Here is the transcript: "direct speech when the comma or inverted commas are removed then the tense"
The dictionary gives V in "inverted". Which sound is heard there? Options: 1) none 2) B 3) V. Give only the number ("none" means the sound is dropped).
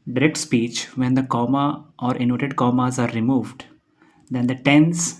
1